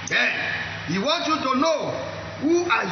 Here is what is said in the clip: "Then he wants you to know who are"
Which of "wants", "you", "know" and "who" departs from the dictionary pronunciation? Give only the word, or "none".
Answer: wants